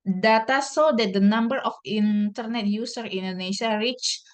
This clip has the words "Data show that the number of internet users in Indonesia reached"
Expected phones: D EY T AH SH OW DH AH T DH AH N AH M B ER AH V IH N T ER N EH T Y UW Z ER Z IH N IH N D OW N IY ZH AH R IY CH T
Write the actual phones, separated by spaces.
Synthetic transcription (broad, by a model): D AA T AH S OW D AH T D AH N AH M B ER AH F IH N T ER N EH T Y UW S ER IH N N D OW N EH S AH R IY CH